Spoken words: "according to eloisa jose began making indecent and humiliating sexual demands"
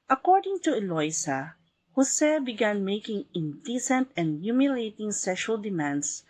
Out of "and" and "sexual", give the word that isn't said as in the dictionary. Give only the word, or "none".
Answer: none